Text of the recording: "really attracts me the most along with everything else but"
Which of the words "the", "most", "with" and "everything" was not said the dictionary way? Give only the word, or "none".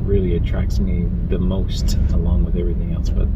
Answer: none